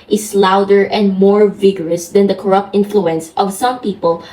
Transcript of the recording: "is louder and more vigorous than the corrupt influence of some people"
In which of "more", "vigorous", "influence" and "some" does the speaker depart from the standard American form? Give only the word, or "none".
none